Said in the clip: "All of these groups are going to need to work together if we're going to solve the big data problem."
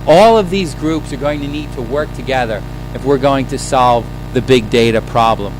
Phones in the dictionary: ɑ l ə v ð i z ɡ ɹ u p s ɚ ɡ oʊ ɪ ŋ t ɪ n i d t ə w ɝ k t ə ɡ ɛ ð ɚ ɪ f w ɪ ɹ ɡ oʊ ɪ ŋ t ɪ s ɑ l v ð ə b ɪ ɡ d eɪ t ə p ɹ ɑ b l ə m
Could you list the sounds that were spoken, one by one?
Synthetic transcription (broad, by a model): ɑ l ə v ð i z ɡ ɹ u p s ɚ ɡ oʊ ɪ ŋ t ɪ n i d t ə w ɝ k t ə ɡ ɛ ð ɚ ɪ f w ɪ ɹ ɡ oʊ ɪ ŋ t ɪ s ɑ l v ð ə b ɪ ɡ d eɪ t ə p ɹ ɑ b l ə m